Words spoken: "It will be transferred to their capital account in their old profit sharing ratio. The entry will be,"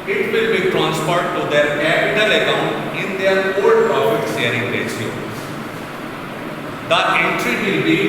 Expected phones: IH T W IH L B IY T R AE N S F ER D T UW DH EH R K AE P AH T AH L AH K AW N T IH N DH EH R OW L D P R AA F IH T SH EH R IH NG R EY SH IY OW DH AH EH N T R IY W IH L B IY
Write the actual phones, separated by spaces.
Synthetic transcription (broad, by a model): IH T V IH L B IY T R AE N S P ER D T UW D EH R K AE P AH T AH L AH K AW N T IH N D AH R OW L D P R AA F IH T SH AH R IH NG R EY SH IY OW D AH EH N T R IY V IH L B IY